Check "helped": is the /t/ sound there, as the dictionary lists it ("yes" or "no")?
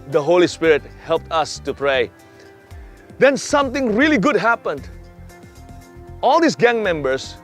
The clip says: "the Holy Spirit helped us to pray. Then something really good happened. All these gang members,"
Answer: yes